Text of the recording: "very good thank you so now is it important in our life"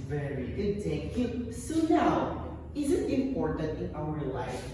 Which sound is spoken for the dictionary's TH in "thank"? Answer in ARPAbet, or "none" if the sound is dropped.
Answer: T